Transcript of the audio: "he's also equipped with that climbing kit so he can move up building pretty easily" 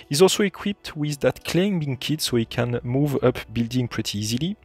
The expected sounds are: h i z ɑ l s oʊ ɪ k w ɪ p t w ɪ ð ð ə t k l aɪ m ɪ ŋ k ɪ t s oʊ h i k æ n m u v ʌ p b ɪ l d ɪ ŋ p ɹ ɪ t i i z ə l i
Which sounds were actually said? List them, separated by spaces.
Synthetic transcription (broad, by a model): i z ɑ l s oʊ ɪ k w ɪ p t w ɪ ð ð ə t k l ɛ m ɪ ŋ k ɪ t s oʊ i k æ n m u v ʌ p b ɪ l d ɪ ŋ p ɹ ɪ t i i z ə l i